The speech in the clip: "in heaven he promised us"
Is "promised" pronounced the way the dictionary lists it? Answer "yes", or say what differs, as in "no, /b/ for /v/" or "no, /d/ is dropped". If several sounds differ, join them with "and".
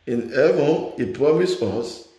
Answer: no, /t/ is dropped